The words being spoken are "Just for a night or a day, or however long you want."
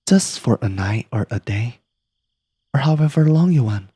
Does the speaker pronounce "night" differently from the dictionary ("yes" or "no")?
no